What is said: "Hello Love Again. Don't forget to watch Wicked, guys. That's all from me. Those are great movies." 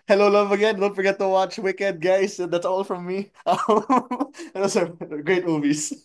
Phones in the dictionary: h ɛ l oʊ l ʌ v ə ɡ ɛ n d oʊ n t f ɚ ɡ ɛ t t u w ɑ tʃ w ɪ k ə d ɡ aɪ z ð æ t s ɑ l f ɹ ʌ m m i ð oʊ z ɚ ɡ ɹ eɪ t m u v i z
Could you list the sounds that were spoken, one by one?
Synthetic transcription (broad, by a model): h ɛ l oʊ l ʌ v ə ɡ ɛ n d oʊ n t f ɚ ɡ ɛ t t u w ɑ tʃ w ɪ k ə d ɡ aɪ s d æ t s ɑ l f ɹ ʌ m m i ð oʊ s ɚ ɡ ɹ eɪ t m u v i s